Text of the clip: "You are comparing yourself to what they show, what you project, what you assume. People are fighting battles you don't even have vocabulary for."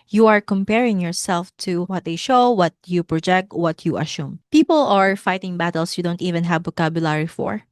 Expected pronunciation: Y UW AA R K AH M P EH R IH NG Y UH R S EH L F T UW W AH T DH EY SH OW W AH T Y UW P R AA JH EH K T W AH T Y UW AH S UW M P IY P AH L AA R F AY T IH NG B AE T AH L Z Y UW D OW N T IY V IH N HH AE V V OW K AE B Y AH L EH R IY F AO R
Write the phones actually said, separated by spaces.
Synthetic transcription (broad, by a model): Y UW AA R K AH M P EH R IH NG Y UH R S EH L F T UW W AH T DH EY SH OW W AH T Y UW P R AA JH EH K T W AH T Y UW AH S UW M P IY P AH L AA R F AY T IH NG B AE T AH L S Y UW D OW N T IY V IH N HH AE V B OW K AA B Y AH L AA R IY F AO R